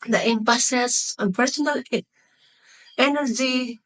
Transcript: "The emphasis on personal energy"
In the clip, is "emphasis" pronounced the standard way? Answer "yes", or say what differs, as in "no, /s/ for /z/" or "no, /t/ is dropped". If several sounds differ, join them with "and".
no, /p/ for /f/